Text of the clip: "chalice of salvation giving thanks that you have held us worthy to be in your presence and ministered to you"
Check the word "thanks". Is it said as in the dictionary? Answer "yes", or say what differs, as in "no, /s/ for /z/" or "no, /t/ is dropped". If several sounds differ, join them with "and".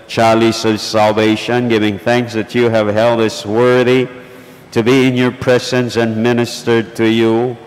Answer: yes